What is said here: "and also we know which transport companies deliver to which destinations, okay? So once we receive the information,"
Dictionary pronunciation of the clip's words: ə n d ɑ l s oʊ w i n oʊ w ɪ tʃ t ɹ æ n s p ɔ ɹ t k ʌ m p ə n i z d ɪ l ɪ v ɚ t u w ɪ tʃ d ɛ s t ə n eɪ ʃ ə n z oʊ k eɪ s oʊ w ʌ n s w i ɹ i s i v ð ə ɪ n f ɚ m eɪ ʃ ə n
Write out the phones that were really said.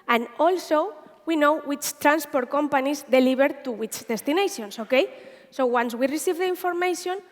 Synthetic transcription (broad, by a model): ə n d ɑ l s oʊ w i n oʊ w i tʃ t ɹ æ n s p ɔ ɹ t k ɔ m p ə n i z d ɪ l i b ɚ t u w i tʃ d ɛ s t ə n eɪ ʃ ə n s oʊ k eɪ s oʊ w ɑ n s w i ɹ i s i v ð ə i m f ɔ m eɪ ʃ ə n